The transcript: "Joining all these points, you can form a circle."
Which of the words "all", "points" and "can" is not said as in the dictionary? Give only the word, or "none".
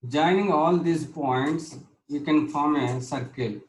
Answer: none